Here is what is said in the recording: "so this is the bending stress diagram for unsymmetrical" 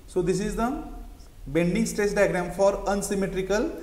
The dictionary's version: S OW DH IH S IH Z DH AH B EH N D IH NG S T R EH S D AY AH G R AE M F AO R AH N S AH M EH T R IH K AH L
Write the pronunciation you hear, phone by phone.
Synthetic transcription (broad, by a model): S OW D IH S IH Z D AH B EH N D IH NG S T R EH S D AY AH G R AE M F AO R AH N S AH M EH T R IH K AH L